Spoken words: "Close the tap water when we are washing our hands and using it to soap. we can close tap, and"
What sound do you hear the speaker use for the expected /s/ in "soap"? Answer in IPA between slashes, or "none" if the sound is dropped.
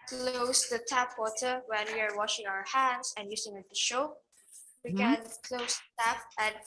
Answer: /ʃ/